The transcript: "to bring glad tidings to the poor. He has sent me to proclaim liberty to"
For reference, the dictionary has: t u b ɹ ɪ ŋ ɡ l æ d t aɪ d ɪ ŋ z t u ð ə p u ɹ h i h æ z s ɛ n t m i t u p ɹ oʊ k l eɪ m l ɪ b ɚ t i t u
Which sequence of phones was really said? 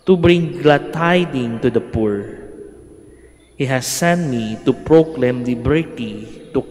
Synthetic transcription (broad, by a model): t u b ɹ ɪ ŋ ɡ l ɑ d t aɪ d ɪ ŋ t u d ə p u ɹ h i h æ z s ɛ n t m i t u p ɹ oʊ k l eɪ m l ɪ b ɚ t i t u